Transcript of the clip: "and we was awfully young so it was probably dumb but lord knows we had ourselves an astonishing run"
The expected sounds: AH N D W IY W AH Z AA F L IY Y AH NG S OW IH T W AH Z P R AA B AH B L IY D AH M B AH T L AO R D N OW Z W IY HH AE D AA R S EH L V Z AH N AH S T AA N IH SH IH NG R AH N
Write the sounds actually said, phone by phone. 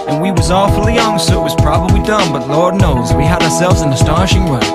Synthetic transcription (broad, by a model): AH N W IY W AH Z AA F L IY Y AH NG S OW IH T W AH Z P R AA B AH B L IY D AH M B AH T L AO R D N OW Z W IY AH D AA R S EH L V Z AH N AH S T AA N IH SH IH NG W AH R